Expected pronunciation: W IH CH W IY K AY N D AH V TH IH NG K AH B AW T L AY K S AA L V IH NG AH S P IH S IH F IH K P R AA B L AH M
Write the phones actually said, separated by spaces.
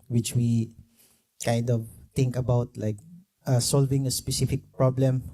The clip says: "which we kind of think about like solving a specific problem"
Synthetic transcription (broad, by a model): W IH CH W IY K AY N D AH V T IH NG K AH B AW T L AY K S AA L V IH NG AH S P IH S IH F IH K P R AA B L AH M